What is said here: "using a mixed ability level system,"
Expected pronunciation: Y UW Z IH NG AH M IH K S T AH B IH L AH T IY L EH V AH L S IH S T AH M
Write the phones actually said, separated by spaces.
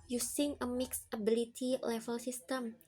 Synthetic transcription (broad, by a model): Y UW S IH NG AH M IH K S AH B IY L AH T IY L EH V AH L S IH S T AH M